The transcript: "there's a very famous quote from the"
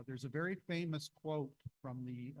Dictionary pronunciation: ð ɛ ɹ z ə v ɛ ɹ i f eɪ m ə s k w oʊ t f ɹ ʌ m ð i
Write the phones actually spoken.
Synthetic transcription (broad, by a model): ð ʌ ɹ z ə v ɛ ɹ i f eɪ m ə s k w oʊ t f ɹ ʌ m ð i